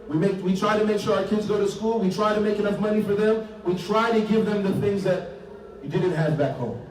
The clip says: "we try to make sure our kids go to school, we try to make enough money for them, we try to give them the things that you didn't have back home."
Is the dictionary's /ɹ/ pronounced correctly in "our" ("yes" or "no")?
yes